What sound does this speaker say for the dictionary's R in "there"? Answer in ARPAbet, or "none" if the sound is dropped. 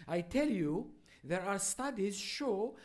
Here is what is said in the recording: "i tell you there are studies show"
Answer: R